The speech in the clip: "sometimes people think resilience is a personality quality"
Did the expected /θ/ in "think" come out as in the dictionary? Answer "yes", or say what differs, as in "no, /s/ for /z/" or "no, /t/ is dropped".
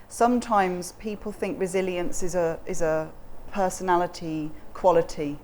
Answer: yes